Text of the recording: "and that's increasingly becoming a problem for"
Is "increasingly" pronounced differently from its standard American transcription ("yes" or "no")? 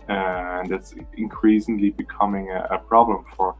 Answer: no